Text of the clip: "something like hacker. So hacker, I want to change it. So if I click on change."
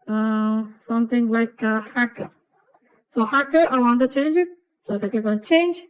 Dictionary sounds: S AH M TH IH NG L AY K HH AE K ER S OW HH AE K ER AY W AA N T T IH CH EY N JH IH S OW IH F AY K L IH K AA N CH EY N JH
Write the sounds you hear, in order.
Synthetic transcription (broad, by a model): S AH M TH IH NG L AY K HH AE K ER S OW HH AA K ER AY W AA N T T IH CH EY N JH IH S OW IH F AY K IH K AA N CH EY N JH